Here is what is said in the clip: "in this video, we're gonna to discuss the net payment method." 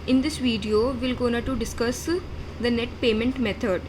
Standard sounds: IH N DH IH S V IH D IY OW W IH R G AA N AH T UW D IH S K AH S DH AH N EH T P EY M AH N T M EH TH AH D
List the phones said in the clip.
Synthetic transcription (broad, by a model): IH N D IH S V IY D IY OW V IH L G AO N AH T UW D IH S K AH S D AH N EH T P EY M AH N T M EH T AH D